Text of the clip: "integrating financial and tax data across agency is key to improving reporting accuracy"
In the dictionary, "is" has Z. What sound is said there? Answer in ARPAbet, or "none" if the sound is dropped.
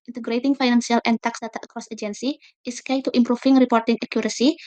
S